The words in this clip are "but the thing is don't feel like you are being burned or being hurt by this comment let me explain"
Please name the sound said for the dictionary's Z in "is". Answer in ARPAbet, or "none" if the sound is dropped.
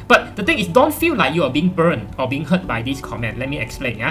S